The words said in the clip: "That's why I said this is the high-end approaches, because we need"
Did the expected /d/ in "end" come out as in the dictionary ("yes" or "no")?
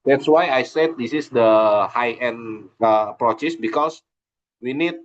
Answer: no